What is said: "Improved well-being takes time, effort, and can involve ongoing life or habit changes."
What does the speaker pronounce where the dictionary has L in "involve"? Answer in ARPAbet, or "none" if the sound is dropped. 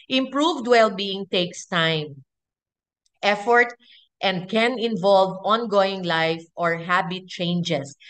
L